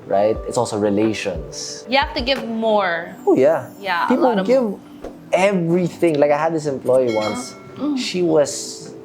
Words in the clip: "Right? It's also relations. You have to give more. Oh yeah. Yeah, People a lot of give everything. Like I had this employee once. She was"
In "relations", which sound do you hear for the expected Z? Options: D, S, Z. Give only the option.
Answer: S